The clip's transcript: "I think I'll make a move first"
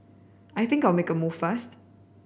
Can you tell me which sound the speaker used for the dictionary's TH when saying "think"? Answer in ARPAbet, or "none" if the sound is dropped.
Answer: TH